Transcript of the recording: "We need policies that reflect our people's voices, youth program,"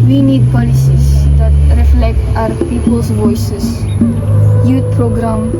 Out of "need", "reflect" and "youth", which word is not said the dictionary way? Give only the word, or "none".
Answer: youth